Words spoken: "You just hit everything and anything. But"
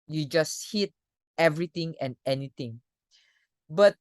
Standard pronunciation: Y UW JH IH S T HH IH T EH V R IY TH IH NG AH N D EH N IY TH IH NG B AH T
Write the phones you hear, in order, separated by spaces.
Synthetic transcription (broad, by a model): Y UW JH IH S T HH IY T EH V R IY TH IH NG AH N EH N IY T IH NG B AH T